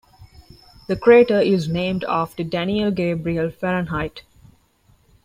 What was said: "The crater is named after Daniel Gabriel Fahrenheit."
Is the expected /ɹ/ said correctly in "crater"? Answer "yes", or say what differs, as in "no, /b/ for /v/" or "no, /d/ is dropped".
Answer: yes